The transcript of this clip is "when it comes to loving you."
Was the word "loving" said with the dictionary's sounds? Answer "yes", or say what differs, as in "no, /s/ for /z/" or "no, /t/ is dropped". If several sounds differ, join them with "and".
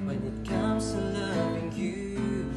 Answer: no, /v/ is dropped